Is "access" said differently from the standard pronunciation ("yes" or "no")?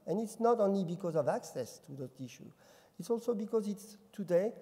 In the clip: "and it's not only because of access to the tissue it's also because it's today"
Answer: no